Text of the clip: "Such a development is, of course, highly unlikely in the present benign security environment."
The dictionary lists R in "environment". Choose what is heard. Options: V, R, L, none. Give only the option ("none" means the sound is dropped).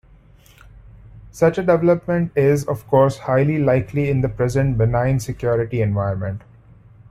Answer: none